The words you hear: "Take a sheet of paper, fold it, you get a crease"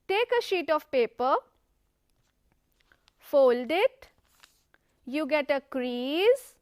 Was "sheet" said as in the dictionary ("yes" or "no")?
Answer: yes